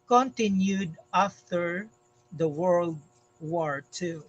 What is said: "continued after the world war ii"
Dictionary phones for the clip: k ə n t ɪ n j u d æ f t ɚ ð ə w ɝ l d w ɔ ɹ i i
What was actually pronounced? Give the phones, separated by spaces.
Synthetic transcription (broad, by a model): k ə n t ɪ n j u d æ f t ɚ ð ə w ɝ l d w ɔ ɹ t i